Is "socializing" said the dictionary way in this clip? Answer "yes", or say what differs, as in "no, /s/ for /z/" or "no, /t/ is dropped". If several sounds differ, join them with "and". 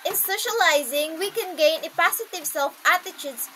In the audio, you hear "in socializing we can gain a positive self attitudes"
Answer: yes